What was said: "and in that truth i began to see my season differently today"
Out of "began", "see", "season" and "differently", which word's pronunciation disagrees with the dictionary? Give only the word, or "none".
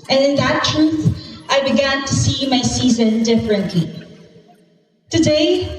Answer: none